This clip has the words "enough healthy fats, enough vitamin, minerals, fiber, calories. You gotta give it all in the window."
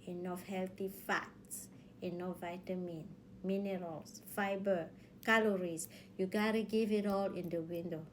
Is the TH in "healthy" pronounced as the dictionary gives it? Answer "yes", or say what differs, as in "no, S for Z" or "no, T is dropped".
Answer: no, T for TH